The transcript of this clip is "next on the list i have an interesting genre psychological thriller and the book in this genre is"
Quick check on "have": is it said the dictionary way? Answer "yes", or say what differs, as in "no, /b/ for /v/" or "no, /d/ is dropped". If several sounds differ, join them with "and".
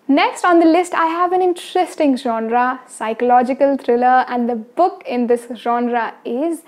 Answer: yes